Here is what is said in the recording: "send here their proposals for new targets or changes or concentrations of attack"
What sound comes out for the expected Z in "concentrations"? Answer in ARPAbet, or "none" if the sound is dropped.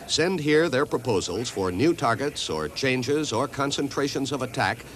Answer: Z